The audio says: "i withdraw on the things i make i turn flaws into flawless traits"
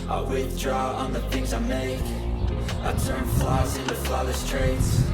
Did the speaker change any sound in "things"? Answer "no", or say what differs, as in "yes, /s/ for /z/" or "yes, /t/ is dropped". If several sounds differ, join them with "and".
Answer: no